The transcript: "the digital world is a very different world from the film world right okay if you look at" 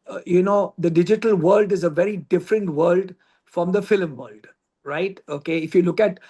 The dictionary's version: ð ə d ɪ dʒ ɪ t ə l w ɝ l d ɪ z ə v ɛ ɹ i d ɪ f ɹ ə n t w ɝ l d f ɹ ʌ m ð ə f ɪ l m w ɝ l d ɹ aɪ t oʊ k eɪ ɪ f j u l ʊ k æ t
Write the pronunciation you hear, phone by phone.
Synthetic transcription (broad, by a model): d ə d ɪ dʒ ɪ t ə l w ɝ l d ɪ z ə v ɛ ɹ i d ɪ f ɹ ə n t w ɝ l d f ɹ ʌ m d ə f ɪ l m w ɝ l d ɹ aɪ t oʊ k eɪ ɪ f j u l ʊ k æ t